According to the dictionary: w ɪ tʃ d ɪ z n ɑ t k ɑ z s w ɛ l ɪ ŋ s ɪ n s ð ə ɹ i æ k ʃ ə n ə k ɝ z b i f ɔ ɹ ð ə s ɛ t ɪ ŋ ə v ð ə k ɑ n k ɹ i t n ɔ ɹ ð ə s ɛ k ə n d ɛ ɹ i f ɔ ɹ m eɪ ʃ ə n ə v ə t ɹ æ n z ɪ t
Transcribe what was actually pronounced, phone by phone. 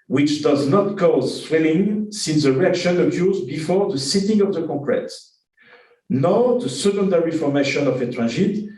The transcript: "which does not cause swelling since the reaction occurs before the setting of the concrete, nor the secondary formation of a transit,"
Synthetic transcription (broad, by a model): w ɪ tʃ d ɪ z n ɑ t k ɑ z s w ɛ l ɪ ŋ s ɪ n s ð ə ɹ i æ k ʃ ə n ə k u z b i f ɔ ɹ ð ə s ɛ t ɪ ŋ ə v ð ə k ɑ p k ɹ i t n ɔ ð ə s ɛ k ə n d ɛ ɹ i f ɔ ɹ m eɪ ʃ ə n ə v ə t ɹ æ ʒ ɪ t